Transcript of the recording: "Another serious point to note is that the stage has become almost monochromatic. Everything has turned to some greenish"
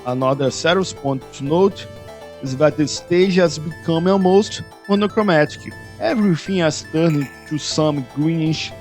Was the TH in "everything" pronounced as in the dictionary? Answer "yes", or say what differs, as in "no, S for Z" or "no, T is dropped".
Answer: no, F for TH